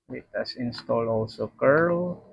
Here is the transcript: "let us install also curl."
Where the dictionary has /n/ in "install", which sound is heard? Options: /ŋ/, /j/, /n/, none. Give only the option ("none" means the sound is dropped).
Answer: /n/